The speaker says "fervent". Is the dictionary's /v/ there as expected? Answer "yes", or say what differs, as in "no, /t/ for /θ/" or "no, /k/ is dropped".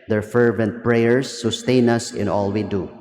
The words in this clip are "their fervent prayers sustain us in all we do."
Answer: yes